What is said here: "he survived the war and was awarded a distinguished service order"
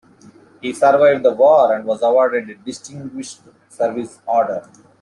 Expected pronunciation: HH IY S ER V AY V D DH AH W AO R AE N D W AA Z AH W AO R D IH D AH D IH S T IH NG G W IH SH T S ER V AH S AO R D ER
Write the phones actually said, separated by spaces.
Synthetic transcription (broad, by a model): HH IY S ER V AY V D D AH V AO R AE N D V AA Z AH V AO R D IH D D IH S T IH NG G W IH SH T S ER V AH S AO R D ER